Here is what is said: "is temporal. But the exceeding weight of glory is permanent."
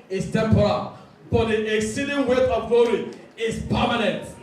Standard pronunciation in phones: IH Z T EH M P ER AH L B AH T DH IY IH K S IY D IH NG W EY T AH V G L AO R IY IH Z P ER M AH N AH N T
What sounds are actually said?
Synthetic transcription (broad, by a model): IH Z T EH M P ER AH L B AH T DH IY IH K S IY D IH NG W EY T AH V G AO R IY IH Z P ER M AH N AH N T